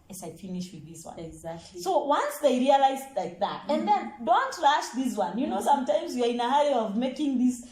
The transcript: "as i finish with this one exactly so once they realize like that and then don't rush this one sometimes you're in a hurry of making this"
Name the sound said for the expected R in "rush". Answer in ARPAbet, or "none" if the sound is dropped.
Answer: L